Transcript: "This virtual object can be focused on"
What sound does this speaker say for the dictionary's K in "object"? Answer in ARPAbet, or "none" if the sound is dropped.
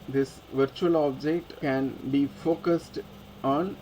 K